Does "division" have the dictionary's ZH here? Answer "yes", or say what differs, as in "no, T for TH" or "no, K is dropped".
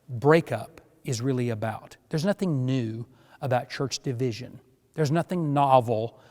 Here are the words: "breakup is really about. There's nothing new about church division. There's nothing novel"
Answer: yes